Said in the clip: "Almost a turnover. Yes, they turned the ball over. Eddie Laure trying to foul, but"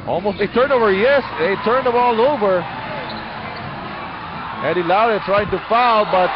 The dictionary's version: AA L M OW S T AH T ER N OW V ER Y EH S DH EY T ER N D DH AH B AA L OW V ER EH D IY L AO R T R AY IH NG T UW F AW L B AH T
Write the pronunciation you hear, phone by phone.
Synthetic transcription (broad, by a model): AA L M OW S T AH T ER N OW V ER Y EH S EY T ER N D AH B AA L OW V ER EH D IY L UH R T R AY IH NG T UW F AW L B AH T